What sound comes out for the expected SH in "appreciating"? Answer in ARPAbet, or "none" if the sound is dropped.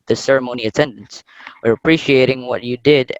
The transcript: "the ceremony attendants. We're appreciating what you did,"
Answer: SH